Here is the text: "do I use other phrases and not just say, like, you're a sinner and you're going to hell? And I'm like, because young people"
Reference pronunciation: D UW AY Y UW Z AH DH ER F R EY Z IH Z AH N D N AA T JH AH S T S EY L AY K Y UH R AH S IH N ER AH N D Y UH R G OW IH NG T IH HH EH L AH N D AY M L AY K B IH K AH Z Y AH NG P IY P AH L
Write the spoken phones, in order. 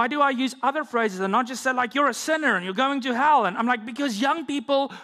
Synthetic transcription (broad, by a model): D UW AY Y UW Z AH DH ER F R EY Z IH Z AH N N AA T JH AH S T S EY L AY K Y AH R AH S IH N ER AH N Y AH R G OW IH NG T IH HH EH L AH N AY M L AY K B IH K AH Z Y AH NG P IY P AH L